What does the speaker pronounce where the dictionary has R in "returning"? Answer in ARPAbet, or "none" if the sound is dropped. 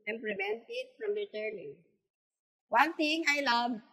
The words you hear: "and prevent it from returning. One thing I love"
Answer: L